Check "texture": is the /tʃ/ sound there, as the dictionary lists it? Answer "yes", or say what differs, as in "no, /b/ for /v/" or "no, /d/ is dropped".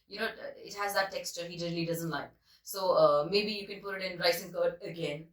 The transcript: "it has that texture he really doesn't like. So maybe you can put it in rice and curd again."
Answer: yes